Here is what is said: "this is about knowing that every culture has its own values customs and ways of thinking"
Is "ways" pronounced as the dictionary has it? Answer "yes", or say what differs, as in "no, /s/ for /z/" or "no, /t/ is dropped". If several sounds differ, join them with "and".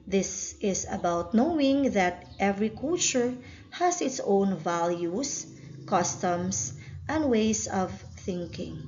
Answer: no, /s/ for /z/